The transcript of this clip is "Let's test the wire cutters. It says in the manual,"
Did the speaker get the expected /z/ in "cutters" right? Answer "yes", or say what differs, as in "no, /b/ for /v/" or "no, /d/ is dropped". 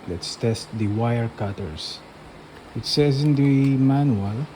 no, /s/ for /z/